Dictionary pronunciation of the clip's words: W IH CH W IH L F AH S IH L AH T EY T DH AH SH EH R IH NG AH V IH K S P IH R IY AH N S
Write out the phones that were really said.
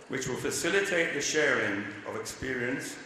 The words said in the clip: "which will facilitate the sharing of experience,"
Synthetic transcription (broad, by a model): W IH CH W IH L F AH S IH L AH T EY T DH AH SH EH R IH NG AH V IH K S P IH R IY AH N S